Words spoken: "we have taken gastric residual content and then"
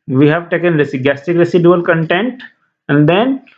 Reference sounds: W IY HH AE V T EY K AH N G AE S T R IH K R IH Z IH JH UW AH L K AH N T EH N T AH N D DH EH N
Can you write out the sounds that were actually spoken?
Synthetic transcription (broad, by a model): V IY HH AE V T EY K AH N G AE S T IH K R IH S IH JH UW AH L K AH N T EH N T AH N D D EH N